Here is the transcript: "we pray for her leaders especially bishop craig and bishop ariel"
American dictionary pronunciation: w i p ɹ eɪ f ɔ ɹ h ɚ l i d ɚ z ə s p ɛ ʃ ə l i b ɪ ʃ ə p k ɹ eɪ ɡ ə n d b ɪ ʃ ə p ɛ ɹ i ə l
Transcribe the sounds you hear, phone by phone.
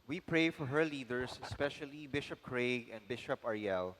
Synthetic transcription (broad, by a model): w i p ɹ eɪ f ɔ ɹ h ɚ l i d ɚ s ə s p ɛ ʃ ə l i b ɪ ʃ ə p k ɹ eɪ ɡ ə n d b ɪ ʃ ə p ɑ ɹ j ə l